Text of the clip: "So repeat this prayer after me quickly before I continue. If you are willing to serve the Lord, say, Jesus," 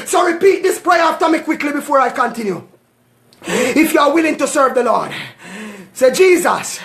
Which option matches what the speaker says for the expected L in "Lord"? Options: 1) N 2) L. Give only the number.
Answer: 2